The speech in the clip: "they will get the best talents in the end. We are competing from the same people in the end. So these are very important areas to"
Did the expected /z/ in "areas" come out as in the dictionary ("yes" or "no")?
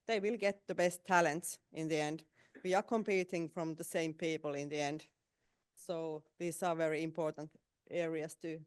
no